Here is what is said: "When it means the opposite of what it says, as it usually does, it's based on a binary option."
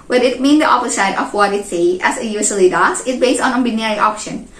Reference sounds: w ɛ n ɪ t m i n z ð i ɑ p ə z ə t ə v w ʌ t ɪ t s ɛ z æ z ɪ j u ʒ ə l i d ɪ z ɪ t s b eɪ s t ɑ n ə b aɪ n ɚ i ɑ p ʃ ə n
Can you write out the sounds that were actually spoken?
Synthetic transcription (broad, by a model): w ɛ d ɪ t m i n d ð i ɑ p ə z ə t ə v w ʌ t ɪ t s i æ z ɪ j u s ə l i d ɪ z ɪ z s b eɪ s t ɑ n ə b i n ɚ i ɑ p ʃ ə n